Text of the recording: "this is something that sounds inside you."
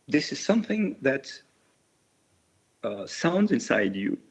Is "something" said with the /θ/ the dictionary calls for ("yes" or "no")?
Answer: yes